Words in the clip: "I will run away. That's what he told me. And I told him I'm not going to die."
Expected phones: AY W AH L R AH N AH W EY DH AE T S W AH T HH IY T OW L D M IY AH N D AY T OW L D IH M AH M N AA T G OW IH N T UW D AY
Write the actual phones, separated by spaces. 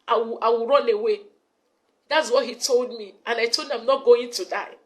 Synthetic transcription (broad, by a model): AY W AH W R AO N AH W EY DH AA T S W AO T HH IY T OW L D M IY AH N AY T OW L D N AH M N AA T G OW IH N T UW D AY